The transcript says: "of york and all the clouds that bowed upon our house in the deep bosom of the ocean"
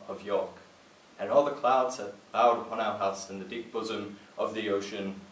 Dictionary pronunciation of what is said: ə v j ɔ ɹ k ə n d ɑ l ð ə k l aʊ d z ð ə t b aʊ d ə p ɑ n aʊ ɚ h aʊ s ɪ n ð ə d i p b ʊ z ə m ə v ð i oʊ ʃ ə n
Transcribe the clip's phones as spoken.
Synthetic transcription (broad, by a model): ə v j ɔ ɹ k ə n ɑ l ð ə k l aʊ d z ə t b aʊ d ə p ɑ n aʊ ɚ h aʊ s ɪ n ð ə d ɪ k b ʊ z ə m ə v ð i oʊ ʃ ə n